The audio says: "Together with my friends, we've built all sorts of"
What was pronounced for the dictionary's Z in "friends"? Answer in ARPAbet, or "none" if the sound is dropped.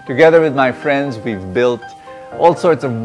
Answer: Z